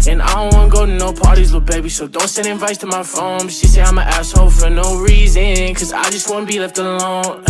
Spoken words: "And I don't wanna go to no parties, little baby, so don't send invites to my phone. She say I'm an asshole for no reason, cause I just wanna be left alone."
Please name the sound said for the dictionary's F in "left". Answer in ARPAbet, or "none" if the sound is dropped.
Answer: F